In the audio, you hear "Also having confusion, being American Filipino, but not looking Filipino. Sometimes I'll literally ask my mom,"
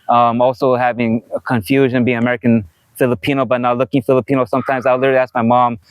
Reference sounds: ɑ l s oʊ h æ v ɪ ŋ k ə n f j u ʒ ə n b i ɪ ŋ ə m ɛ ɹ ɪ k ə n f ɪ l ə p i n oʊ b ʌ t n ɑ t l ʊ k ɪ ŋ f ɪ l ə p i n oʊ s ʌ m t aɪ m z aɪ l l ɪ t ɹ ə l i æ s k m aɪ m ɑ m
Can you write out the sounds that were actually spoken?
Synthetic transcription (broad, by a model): ɑ l s oʊ h æ v ɪ ŋ k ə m f j u ʒ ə n b i ɪ ŋ ə m ɛ ɹ ɪ k ə n f ɪ l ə p i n oʊ b ʌ t n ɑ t l ʊ k ɪ ŋ f ɪ l ə p i n oʊ s ʌ m t aɪ m z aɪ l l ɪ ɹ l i æ s k m aɪ m ɑ m